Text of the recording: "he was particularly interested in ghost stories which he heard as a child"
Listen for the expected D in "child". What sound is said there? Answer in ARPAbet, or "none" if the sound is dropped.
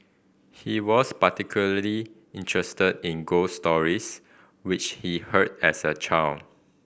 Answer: none